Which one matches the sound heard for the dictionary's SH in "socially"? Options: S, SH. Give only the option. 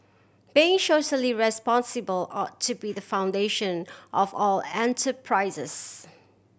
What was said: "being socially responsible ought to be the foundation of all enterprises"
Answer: S